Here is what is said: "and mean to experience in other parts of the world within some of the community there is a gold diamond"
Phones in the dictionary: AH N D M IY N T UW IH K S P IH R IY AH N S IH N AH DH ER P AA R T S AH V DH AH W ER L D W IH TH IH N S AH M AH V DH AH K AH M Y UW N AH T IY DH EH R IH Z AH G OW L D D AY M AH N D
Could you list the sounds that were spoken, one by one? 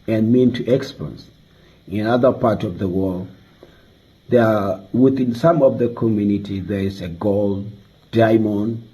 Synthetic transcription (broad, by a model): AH N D M IY N T UW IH K S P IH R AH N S IH N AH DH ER P AA R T AH V DH AH W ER L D W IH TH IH N S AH M AH V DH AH K AH M Y UW N AH T IY DH EH R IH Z AH G OW L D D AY M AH N